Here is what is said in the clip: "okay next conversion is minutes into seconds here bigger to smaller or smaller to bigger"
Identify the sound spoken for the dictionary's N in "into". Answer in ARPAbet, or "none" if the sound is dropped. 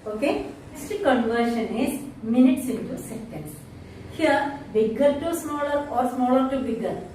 N